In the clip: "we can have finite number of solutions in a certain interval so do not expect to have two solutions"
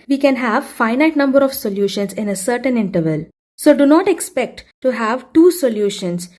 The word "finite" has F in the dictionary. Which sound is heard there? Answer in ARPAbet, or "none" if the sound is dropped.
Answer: F